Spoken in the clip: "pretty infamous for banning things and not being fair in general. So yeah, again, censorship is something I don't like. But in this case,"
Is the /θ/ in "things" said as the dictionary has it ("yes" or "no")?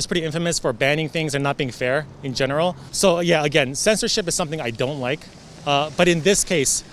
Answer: yes